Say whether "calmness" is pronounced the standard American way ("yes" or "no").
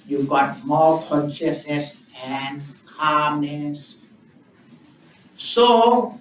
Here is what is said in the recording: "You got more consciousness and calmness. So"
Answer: yes